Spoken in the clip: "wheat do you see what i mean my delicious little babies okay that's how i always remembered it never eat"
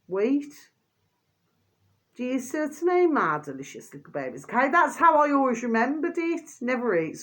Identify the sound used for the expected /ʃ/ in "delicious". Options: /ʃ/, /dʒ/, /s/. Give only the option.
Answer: /ʃ/